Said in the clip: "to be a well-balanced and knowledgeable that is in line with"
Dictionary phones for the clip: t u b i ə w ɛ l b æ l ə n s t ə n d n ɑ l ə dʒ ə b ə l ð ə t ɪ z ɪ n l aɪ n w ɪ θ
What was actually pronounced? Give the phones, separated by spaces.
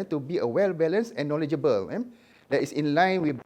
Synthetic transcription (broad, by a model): t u b i ə w ɛ l b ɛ l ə n s ə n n ɑ l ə dʒ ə b ə l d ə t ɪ s ɪ n l aɪ n w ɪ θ